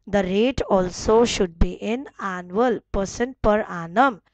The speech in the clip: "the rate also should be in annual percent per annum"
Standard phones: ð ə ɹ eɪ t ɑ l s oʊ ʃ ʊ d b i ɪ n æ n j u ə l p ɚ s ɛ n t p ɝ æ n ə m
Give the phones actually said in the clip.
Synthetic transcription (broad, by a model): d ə ɹ eɪ t ɑ l s oʊ ʃ ʊ d b i ɪ n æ n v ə l p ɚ s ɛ n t p ɝ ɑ n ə m